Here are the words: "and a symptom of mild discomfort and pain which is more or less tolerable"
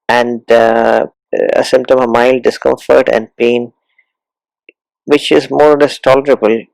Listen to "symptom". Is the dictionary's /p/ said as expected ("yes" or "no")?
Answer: yes